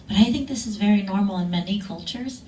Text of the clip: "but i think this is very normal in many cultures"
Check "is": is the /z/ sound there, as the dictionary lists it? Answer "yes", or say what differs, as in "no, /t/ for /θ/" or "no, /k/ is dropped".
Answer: yes